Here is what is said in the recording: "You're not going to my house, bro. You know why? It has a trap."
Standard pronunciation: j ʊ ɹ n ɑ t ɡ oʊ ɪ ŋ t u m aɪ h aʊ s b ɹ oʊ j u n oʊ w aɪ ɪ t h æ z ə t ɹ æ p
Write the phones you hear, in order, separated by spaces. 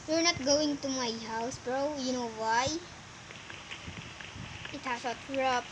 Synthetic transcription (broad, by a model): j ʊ ɹ n ɑ t ɡ oʊ ɪ ŋ t u m aɪ h aʊ s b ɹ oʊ j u n oʊ w aɪ ɪ t h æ s ə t ɹ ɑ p